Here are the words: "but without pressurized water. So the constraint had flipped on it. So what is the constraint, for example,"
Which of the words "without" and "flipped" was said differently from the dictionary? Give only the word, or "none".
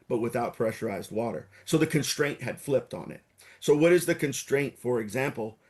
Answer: none